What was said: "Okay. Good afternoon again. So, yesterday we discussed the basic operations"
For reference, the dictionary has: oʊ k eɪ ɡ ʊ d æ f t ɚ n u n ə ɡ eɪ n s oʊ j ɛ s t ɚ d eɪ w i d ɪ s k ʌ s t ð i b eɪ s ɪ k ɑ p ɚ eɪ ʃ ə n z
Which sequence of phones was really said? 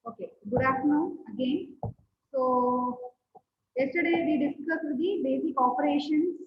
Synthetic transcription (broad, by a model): oʊ k eɪ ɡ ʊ d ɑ t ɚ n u ə ɡ eɪ n s oʊ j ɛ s t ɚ d eɪ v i d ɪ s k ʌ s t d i b eɪ s ɪ k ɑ p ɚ eɪ ʃ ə n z